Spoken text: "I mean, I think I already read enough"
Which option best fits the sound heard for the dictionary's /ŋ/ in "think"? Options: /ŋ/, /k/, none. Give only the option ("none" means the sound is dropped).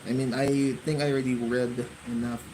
/ŋ/